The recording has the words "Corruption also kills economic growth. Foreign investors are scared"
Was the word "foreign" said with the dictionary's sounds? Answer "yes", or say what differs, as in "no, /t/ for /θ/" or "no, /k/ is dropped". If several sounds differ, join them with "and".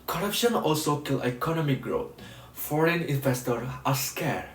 yes